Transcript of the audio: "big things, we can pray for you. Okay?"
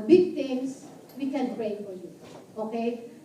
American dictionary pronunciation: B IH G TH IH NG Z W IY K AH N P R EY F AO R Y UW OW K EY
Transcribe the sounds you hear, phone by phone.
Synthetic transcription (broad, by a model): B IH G T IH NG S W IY K AH N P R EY F AO R Y UW OW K EY